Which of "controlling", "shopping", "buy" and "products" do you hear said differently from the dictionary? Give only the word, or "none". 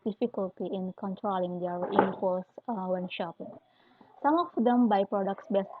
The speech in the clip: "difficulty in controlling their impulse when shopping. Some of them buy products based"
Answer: none